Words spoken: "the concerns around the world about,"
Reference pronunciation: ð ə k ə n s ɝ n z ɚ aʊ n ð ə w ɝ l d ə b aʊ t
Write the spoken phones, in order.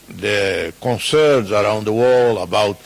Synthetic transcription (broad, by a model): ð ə k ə n s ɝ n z ɚ aʊ n ð ə w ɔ l ə b aʊ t